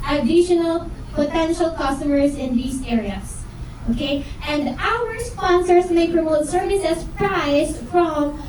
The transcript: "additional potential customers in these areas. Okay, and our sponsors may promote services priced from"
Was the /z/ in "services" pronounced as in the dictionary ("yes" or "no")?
no